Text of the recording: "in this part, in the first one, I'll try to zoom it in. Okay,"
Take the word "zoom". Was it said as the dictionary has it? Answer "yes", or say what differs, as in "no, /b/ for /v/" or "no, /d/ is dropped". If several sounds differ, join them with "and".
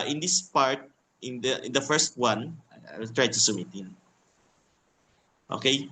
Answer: no, /s/ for /z/